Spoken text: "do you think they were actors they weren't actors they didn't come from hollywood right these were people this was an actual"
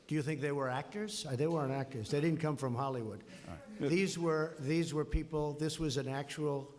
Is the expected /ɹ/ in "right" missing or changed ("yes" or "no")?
yes